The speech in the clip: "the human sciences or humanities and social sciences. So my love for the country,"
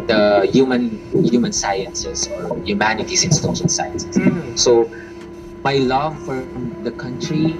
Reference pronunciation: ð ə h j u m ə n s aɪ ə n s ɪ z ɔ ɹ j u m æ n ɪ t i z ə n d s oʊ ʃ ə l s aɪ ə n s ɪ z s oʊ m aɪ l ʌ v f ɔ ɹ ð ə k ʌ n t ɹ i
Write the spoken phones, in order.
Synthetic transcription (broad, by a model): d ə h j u m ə n s aɪ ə n s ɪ s ɔ ɹ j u m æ n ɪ t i s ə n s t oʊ s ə n s aɪ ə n s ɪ s oʊ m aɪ l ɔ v f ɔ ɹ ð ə k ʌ n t ɹ i